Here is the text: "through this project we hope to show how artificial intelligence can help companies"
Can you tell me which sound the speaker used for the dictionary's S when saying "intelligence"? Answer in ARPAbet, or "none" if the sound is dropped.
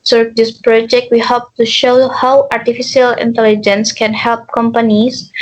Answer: S